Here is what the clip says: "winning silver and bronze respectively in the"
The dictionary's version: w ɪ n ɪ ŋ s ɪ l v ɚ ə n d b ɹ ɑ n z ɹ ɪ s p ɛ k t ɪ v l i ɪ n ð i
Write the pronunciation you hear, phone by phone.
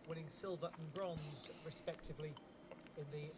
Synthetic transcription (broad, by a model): w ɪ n ɪ ŋ s ɪ l v ɚ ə n b ɹ ɑ n z ɹ ɪ s p ɛ k t ɪ v l i ɪ n ð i